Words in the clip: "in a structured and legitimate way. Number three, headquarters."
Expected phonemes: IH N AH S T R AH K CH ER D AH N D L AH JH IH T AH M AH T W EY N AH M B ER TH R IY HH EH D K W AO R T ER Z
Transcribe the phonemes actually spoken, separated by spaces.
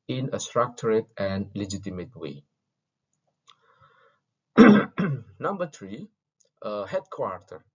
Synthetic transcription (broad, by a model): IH N AH S T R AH K CH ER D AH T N L AH JH IH T AH M AH T W EY N AH M B ER T R IY HH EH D K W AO R T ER